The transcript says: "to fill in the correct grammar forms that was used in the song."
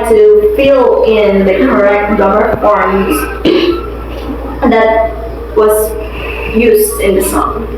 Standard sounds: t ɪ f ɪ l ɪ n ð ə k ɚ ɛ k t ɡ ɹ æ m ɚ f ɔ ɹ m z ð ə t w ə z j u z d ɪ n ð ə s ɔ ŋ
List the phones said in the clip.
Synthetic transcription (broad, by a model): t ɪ f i l ɪ n ð ə k ɚ ɛ k t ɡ ʌ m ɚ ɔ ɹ z ð ə t w ə z j u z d ɪ n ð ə s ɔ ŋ